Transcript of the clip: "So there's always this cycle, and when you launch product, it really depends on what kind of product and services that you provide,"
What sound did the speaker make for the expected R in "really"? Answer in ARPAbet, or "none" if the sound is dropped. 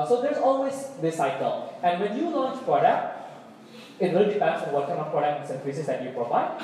W